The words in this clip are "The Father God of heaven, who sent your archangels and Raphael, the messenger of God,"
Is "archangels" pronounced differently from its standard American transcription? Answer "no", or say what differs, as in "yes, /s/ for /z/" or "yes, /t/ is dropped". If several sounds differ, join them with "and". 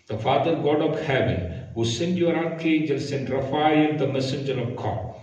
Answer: yes, /n/ is dropped and /s/ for /z/